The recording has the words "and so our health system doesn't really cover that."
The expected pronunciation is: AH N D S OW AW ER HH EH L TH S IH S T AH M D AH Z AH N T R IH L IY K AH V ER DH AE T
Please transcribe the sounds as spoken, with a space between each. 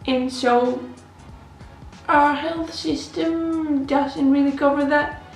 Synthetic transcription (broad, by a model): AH N S OW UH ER HH EH L TH S IH S T AH M D AH Z AH N T R IH L IY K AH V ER DH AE T